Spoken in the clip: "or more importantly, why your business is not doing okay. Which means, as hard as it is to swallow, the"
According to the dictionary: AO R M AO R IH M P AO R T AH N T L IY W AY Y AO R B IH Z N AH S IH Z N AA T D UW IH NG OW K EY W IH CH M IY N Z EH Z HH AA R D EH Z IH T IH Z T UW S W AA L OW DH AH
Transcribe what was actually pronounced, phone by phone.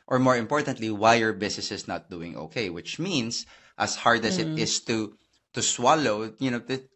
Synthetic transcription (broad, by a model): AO R M AO R IH M P AO R T AH N T L IY W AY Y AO R B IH S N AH S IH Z N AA T D UW IH NG OW K EY W IH CH M IY N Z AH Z HH AA R D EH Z IH T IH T T UW S W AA L OW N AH